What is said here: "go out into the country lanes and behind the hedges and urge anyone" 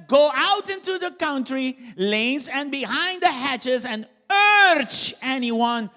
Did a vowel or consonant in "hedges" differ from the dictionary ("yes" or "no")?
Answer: yes